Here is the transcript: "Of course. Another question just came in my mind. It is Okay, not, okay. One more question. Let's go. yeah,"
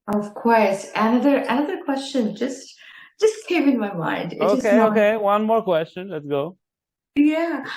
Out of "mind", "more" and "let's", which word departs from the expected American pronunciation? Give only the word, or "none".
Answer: none